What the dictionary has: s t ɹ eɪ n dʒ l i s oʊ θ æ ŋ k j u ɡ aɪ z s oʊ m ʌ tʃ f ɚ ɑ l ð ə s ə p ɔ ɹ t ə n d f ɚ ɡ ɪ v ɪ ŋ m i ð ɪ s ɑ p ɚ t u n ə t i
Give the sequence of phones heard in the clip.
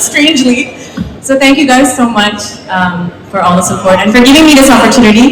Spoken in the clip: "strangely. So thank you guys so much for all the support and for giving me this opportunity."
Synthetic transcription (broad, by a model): s t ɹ eɪ n dʒ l i s oʊ θ æ ŋ k j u ɡ aɪ z s oʊ m ʌ tʃ f ɚ ɑ l ð ə s ə p ɔ ɹ t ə n f ɚ ɡ ɪ v ɪ ŋ m i ð ɪ s ɑ p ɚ t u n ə t i